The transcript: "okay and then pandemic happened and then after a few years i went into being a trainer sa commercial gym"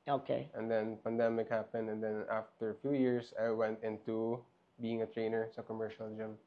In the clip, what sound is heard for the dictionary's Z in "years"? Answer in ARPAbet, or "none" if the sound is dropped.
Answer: S